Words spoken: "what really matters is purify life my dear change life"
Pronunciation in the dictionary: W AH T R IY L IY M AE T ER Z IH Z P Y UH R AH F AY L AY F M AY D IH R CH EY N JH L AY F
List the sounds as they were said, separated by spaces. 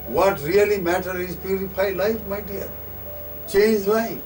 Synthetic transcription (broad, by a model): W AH T R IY L IY M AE T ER IH Z P Y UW R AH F AY L AY F M AY D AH R CH EY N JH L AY